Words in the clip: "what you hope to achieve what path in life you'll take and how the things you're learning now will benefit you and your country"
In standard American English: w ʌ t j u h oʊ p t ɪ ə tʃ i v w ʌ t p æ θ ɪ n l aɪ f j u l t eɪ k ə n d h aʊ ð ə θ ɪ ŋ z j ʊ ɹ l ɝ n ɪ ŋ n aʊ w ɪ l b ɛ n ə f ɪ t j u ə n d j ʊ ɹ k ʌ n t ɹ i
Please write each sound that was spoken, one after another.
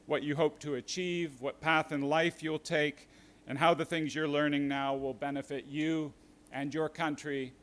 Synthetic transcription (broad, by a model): w ʌ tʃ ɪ h oʊ p t ɪ ə tʃ i v w ʌ t p æ θ ɪ n l aɪ f j u l t eɪ k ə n h aʊ ð ə θ ɪ ŋ z j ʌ ɹ l ɝ n ɪ ŋ n aʊ w ɪ l b ɛ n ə f ɪ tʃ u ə n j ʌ ɹ k ʌ n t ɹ i